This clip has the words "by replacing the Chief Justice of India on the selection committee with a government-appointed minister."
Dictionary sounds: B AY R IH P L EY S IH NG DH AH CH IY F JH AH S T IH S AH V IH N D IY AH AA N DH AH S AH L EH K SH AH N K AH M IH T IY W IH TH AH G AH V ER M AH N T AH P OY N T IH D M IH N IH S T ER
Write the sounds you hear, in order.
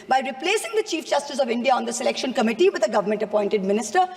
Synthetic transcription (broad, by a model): B AY R IH P L EY S IH NG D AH CH IY F JH AH S T IH S AH V IH N D IY AH AA N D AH S AH L EH K SH AH N K AH M IH T IY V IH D AH G AH V ER M AH N T AH P OY N T IH D M IH N IH S T ER